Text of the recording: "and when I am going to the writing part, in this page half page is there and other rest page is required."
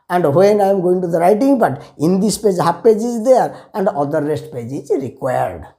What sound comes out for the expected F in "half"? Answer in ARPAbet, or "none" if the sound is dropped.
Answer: P